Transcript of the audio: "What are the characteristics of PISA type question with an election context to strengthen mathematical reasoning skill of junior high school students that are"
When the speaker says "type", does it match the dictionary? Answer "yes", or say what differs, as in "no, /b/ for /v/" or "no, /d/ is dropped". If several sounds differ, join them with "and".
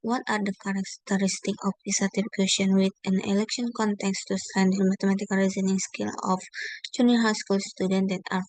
no, /f/ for /p/